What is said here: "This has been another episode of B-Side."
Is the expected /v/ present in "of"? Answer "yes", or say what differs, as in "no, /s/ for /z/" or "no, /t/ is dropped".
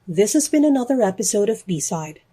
yes